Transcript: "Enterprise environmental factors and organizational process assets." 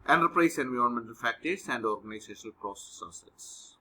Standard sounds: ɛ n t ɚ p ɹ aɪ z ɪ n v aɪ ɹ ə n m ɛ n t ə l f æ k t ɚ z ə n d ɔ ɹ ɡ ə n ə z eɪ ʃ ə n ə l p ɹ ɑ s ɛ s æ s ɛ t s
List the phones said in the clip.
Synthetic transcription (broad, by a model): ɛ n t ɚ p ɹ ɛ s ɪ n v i ə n m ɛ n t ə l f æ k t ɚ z ə n d ɔ ɹ ɡ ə n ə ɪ s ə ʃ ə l p ɹ ɑ s ɛ s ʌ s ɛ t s